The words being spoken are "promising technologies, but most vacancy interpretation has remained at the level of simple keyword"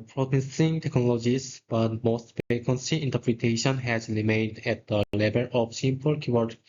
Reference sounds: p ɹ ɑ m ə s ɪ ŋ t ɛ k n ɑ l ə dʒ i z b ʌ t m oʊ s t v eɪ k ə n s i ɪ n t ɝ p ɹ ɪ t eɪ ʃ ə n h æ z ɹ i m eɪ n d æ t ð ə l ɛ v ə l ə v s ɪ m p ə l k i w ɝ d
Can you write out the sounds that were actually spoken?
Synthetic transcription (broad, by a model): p ɹ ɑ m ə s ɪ ŋ t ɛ k n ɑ l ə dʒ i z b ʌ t m oʊ s t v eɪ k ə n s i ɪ n t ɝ p ɹ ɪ t eɪ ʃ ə n h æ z ɹ i m eɪ n d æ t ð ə l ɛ b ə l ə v s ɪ m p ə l k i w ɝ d